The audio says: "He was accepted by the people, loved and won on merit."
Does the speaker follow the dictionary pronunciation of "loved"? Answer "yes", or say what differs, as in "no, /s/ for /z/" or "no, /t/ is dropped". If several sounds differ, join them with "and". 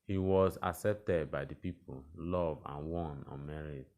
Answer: no, /d/ is dropped